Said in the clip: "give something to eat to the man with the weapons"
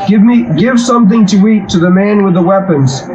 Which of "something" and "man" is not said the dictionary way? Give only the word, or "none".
none